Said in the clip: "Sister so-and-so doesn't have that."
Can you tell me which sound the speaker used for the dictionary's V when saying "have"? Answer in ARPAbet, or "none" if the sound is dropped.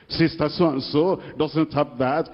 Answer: P